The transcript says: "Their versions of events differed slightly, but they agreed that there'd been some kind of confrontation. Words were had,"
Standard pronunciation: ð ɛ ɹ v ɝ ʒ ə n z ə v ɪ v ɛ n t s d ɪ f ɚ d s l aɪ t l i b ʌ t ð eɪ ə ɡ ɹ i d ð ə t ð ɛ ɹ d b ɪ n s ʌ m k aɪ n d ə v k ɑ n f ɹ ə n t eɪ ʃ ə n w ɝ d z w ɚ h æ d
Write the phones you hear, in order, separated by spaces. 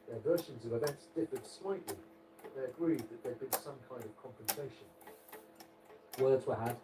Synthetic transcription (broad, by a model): ð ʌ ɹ v ɝ ʃ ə n z ə v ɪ b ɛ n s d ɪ p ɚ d s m aɪ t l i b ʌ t ð eɪ ə ɡ ɹ i d ð ə t ð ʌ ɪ d b ɪ n s ʌ m k aɪ n d ə v k ɑ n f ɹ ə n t eɪ ʃ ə n w ɝ d z w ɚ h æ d